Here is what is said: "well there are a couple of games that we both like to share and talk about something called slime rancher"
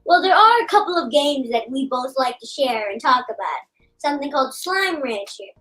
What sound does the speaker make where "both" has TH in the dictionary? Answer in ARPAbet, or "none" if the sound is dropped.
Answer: TH